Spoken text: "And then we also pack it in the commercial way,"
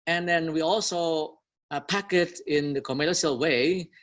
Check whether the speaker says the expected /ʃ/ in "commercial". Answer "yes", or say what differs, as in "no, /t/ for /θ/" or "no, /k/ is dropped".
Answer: no, /s/ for /ʃ/